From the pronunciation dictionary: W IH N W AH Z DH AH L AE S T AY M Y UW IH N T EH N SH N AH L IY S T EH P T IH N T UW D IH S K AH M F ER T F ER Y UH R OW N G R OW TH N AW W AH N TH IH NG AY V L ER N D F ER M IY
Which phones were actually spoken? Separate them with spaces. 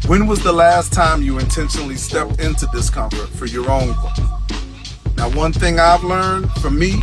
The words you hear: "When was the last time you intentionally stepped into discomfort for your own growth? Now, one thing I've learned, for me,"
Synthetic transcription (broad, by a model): W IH N W AH Z DH AH L AE S T AY M Y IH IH N T EH N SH N L IY S T EH P T IH N T UW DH IH S K AH M F ER T F ER Y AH R OW N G OW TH N AW W AH N TH IH NG AY V L ER N D F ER M IY